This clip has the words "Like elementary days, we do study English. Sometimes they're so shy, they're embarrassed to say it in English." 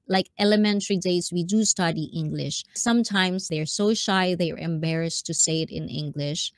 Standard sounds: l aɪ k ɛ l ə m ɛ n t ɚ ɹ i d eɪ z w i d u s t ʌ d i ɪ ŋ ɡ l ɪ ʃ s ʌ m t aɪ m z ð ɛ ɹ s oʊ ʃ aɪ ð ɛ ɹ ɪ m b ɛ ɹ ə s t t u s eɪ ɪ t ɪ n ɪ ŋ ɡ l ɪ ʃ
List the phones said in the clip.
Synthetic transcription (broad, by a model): l aɪ k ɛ l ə m ɛ n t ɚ ɹ i d eɪ s w i d u s t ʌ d i ɪ ŋ ɡ l ɪ ʃ s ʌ m t aɪ m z ð ɛ ɹ s oʊ ʃ aɪ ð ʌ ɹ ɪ m b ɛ ɹ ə s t t u s eɪ ɪ t ɪ n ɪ ŋ ɡ l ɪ ʃ